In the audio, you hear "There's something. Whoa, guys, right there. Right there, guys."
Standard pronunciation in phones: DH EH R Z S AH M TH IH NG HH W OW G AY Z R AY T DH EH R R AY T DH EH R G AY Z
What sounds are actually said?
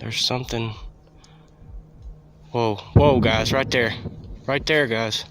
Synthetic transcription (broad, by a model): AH R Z S AH M TH IH NG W W OW G AY Z R AY T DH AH R R AY T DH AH R G AY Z